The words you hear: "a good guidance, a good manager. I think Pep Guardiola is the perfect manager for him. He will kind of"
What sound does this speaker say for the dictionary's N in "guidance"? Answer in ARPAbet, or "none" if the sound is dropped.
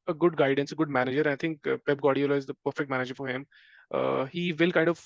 N